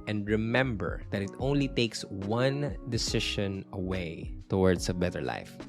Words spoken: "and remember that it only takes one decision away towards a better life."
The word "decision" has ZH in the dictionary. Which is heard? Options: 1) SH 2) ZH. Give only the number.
1